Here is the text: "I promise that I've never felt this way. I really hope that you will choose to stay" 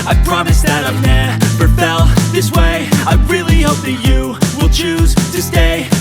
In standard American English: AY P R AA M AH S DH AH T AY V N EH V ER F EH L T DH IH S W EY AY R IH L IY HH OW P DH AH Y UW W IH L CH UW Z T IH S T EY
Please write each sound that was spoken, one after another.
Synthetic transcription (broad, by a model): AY P R AA M AH S DH AH T AY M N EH P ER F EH L DH IH S W EY AY R IH L IY HH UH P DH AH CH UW W IH L CH UW Z T IH S T EY